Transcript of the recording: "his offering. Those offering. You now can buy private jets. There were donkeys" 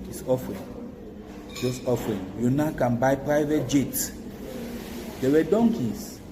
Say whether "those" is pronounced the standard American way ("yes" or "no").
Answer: no